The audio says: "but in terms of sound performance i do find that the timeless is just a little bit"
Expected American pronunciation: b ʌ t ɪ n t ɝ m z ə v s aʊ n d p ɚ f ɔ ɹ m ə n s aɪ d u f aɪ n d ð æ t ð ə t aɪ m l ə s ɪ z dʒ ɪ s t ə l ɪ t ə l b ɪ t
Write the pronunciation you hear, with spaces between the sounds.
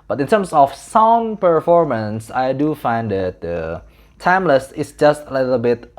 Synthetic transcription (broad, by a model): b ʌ t ɪ n t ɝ m s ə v s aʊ n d p ɚ f ɔ ɹ m ə n s aɪ d u f aɪ n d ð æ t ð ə t aɪ m l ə s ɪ s dʒ ɪ s t ə l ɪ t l b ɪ t